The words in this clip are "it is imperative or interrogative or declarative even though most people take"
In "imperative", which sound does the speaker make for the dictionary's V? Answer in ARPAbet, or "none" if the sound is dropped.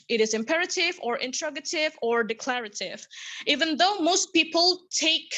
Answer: V